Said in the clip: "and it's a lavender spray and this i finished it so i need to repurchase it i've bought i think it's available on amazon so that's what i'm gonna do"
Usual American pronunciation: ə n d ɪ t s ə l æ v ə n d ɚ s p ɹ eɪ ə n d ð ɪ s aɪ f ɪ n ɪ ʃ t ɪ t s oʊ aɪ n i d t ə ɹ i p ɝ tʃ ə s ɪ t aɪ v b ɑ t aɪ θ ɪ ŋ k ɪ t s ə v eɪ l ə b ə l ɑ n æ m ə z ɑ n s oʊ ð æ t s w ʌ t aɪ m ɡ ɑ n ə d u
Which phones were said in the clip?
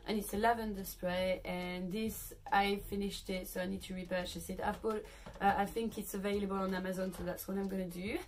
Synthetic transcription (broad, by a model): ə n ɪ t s ə l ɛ v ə n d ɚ s p ɹ eɪ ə n ð ɪ s aɪ f ɪ n ɪ ʃ t ɪ t s oʊ aɪ n i d t ə ɹ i p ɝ tʃ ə s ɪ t aɪ v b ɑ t aɪ θ ɪ ŋ k ɪ t s ə v eɪ l ə b ə l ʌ n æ m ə z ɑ n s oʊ ð æ t s w ʌ t aɪ m ɡ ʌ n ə d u